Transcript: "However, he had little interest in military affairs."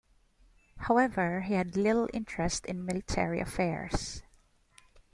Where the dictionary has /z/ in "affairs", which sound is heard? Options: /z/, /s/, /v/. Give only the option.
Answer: /s/